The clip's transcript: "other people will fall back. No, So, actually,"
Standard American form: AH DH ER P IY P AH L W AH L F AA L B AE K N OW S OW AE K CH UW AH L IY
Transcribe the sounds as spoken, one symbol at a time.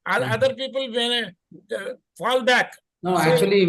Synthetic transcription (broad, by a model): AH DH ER P IY P AH L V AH N F AA L B AE K N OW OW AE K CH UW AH L IY